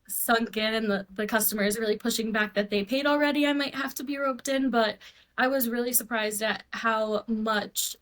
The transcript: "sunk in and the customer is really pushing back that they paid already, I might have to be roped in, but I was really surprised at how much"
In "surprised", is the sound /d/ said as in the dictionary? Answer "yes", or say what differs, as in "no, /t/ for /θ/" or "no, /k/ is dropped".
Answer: yes